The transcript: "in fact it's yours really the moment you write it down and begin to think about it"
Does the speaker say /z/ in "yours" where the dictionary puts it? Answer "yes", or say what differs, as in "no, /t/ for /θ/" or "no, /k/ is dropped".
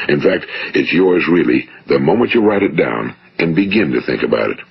yes